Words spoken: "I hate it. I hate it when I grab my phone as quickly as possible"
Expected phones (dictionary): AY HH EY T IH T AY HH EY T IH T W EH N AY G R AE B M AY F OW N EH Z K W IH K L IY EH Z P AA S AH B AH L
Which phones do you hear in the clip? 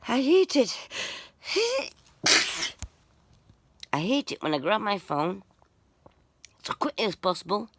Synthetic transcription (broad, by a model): AY HH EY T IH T AY HH EY T IH T W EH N AY G R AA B M AY F OW N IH S K W IH K L IY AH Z P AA S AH B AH L